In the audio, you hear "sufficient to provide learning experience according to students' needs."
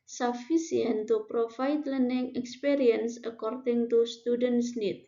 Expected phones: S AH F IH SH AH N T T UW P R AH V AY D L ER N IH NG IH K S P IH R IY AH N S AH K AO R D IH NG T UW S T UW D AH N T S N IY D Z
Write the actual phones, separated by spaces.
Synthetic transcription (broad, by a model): S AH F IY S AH N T T UW P R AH F AY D L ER N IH NG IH K S P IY R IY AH N S AH K AO R D IH NG T UW S T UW D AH N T S N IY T